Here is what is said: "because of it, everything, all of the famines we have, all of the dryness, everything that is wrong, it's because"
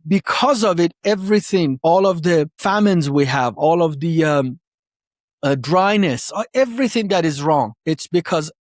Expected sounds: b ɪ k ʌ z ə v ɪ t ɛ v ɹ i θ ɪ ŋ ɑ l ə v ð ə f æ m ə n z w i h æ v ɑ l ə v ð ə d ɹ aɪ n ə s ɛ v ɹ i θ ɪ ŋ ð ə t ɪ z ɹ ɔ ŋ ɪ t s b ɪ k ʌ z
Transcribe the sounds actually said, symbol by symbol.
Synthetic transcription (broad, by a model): b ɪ k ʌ z ə v ɪ t ɛ v ɹ i θ ɪ ŋ ɑ l ə v ð ə f æ m ə n z w i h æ v ɑ l ə v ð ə d ɹ aɪ n ə s ɛ v ɹ i θ ɪ ŋ ð ə t ɪ z ɹ ɔ ŋ ɪ t s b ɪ k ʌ z